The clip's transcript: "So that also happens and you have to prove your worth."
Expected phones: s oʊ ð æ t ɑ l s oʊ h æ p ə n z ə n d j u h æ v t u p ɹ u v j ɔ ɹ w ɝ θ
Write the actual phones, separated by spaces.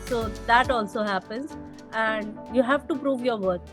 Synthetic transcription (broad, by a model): s oʊ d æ t ɑ l s oʊ h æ p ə n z ə n d j u h æ v t u p ɹ u v j ɔ ɹ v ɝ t